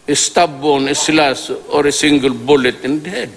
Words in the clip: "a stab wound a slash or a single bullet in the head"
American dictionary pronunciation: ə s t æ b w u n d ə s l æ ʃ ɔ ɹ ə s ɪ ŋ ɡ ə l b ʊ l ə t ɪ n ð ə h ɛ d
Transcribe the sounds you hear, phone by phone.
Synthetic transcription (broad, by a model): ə s t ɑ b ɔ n ə s l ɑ s ɔ ɹ ə s ɪ ŋ ɡ ə l b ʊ l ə t ɪ n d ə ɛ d